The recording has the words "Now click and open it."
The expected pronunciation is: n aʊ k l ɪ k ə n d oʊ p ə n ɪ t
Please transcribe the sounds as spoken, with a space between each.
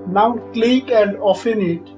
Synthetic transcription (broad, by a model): n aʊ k l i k ə n d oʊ f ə n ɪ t